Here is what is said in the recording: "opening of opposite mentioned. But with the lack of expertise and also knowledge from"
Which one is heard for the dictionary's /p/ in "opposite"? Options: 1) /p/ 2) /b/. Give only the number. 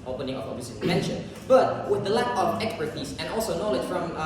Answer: 2